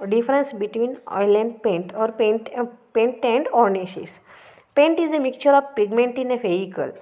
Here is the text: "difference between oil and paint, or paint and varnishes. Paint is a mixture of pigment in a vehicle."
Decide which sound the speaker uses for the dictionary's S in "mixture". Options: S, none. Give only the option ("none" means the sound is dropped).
none